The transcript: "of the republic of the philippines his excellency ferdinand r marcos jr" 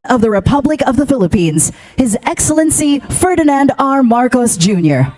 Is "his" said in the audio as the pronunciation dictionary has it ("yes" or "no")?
yes